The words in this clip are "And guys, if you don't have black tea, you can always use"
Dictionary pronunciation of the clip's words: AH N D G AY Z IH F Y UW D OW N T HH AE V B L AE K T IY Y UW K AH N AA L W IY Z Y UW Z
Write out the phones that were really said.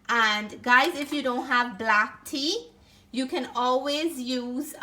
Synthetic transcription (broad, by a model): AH N G AY Z IH F Y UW D OW N T HH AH V B L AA K T IY Y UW K AH N AA L W IY Z Y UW Z